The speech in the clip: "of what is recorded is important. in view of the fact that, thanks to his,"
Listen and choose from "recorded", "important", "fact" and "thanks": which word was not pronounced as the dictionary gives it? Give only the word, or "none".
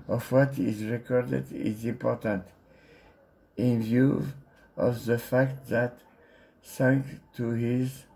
thanks